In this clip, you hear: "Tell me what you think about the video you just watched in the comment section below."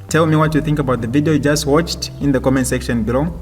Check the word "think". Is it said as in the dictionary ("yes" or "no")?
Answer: yes